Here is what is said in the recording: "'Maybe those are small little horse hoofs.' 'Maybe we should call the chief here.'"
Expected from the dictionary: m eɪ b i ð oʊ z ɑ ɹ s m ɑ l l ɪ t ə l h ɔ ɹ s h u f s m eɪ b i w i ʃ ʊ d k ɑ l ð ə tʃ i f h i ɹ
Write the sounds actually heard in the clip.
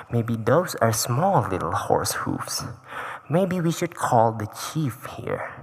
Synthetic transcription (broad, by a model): m eɪ b i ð oʊ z ɑ ɹ s m ɑ l l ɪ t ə l h ɔ ɹ s h u f s m eɪ b i w i ʃ ʊ d k ɑ l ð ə tʃ i f h i ɹ